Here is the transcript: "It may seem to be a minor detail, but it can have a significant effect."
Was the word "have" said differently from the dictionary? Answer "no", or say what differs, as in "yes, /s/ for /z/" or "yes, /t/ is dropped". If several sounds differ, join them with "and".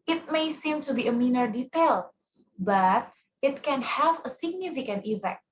no